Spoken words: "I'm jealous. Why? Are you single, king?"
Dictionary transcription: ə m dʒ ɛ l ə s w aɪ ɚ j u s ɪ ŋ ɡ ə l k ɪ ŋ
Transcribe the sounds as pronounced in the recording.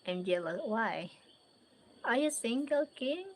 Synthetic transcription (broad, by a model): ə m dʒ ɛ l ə w aɪ ɚ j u s ɪ ŋ ɡ ə l k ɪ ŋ